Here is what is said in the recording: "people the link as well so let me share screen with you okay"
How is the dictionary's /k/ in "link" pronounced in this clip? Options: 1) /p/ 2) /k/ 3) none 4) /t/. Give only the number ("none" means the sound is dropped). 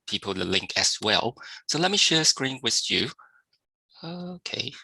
2